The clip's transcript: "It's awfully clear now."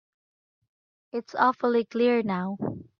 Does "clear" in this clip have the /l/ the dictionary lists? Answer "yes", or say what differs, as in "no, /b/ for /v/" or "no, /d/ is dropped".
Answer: yes